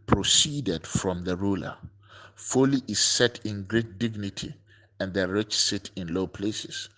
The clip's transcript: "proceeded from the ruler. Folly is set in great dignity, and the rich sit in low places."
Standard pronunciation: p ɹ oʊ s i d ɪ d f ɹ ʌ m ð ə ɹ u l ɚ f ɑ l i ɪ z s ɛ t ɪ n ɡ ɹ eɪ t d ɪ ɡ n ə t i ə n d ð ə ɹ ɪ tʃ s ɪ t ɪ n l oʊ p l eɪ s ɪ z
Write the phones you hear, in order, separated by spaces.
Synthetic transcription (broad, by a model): p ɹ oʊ s i d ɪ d f ɹ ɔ m ð ə ɹ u l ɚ f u l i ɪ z s ɛ t ɪ n ɡ ɹ eɪ t d ɪ ɡ n ə t i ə n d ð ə ɹ ɪ tʃ s ɪ t ɪ n l oʊ p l eɪ s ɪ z